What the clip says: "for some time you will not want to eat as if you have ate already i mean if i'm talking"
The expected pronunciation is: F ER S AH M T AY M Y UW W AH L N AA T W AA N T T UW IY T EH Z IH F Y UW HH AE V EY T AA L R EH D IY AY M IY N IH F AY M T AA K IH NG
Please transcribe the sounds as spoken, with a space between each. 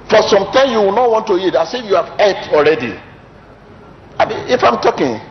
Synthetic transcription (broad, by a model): F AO S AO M T AY M Y UW W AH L N AA T W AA N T T UW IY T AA S IH F Y UW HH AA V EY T AA L R EH D IY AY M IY IH F AY M T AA K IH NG